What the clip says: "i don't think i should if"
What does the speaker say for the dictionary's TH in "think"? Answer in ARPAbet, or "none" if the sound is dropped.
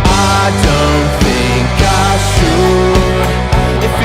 TH